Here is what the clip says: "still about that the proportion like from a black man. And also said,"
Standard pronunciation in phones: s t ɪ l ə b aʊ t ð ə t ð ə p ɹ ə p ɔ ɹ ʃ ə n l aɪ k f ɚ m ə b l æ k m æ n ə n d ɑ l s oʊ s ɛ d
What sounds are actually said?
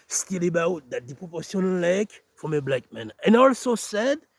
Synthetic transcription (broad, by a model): s t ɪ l ə b aʊ t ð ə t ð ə p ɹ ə p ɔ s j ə n l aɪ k f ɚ m ə b l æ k m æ n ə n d ɑ l s oʊ s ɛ d